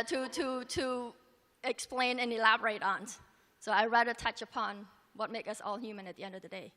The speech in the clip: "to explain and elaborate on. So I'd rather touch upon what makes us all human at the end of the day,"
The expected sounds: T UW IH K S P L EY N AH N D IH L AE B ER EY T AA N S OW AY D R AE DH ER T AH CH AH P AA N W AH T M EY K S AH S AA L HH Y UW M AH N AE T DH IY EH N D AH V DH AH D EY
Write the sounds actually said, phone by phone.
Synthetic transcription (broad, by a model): T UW IH K S P L EY N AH N IH L AE B ER EY T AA N S OW AY R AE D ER T AH CH AH P AA N W AH T M EY K AH S AA L HH Y UW M AH N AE T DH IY EH N D AH V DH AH D EY